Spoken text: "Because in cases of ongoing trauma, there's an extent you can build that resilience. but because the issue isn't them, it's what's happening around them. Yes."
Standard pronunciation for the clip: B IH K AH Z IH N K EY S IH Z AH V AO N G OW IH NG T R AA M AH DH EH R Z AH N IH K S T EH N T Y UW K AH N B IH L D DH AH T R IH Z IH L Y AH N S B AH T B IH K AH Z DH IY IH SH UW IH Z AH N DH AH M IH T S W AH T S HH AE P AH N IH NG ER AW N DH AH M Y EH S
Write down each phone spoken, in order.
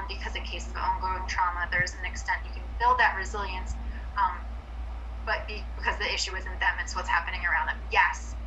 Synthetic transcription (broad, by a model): B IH K AH Z IH N K EY IH S AH V AO N G OW IH NG T R AA M AH DH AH R Z AH N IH K S T EH N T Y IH K AH N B IH L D DH AH T R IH Z IH L Y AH N S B AH T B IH K AH Z DH IY IH SH UW IH Z AH N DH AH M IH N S W AH T S HH AE P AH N IH NG ER AW N DH AH M Y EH S